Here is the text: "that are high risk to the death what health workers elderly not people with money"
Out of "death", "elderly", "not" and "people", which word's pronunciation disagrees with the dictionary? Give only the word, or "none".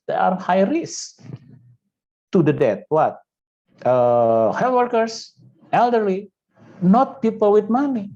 death